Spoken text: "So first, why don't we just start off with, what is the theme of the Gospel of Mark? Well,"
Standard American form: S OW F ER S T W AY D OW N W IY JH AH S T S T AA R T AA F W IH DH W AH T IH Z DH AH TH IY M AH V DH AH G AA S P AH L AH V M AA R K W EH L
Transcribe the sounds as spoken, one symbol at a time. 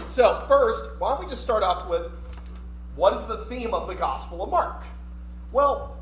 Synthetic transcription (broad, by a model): S OW F ER S T W AY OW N W IY JH AH S T S T AA R T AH P W IH DH W AH T IH Z DH AH TH IY M AH V DH AH G AA S P L AH V M AA R K W EH L